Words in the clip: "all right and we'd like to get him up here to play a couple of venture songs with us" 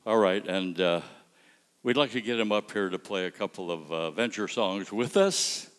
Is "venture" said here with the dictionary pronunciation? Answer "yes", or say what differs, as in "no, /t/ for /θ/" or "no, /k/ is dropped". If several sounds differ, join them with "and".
yes